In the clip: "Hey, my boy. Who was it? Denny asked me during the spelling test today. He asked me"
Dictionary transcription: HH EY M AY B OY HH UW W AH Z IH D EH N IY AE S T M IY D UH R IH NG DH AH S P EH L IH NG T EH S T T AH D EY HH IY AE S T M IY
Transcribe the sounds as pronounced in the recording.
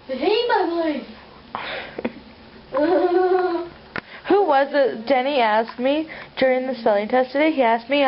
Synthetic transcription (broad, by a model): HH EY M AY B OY HH UW W AH Z IH D EH N IY AE S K M IY D UH R IH NG DH AH S EH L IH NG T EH S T T AH D EY HH IY AE S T M IY